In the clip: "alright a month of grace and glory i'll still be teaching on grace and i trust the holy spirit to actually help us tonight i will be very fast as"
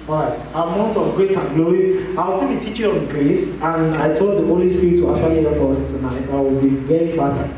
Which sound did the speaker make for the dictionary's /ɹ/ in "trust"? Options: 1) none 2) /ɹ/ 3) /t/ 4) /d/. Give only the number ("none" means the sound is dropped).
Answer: 1